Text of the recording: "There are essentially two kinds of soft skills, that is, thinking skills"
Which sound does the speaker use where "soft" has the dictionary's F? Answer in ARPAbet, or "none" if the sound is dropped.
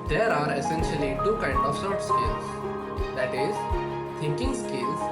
none